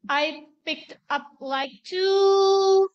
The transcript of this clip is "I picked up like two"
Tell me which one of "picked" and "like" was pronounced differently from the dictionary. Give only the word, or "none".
none